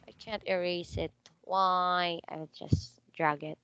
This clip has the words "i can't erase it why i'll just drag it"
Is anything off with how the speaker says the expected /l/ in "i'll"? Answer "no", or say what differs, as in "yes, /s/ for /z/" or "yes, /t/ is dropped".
yes, /w/ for /l/